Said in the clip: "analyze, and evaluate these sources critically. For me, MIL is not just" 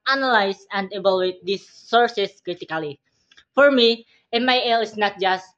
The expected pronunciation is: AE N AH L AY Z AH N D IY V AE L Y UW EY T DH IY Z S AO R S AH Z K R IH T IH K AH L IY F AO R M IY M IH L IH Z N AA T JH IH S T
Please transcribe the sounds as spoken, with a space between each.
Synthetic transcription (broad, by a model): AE N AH L AY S AH N D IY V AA L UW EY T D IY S AO R S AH S K R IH T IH K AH L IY F AO R M IY M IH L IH S N AA T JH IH S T